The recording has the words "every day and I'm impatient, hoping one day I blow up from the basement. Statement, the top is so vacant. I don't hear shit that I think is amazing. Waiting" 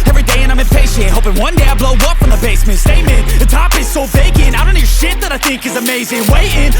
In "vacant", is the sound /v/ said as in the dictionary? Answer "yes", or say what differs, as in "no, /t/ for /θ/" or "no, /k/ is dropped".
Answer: no, /b/ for /v/